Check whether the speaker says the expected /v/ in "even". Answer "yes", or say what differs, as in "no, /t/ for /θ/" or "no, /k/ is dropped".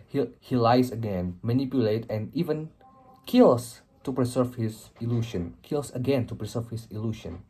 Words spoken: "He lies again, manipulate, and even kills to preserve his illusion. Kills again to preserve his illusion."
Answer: yes